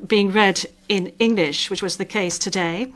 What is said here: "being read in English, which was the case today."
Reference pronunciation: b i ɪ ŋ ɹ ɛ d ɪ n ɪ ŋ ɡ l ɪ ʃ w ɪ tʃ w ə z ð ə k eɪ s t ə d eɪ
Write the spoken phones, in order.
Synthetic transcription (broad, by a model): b i ɪ ŋ ɹ ɛ d ɪ n ɪ ŋ ɡ l ɪ ʃ w ɪ tʃ w ə z ð ə k eɪ s t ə d eɪ